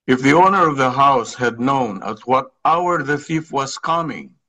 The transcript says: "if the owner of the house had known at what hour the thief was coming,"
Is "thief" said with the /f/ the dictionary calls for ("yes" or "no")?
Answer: yes